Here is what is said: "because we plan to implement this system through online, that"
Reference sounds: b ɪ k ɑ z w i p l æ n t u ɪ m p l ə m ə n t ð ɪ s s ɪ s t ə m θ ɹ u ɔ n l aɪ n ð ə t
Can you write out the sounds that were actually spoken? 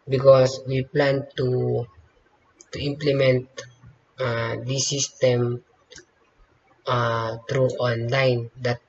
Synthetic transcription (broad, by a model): b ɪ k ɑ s w i p l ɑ n t u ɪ m p l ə m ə n t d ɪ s s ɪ s t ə m t ɹ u ɔ n l aɪ n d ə t